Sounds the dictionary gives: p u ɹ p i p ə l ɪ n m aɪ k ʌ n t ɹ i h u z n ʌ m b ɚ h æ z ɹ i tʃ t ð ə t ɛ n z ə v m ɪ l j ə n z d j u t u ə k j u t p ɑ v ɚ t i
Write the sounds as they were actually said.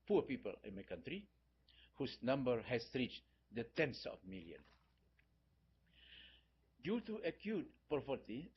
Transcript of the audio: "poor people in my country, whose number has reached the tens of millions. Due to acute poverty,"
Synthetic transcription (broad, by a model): p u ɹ p i p ə l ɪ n m aɪ k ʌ n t ɹ i h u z n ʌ m b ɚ h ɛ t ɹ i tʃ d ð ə t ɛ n s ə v m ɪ l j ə n d j u t u ə k j u t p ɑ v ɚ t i